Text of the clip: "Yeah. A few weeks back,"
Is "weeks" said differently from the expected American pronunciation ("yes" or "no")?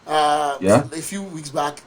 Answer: no